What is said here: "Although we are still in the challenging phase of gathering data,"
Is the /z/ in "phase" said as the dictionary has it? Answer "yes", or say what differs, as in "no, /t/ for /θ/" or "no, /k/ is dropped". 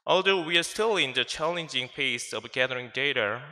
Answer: no, /s/ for /z/